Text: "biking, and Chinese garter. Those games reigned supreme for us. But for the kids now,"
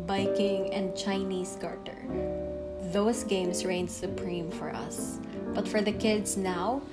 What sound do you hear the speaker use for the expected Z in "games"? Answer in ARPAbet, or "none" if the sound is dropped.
S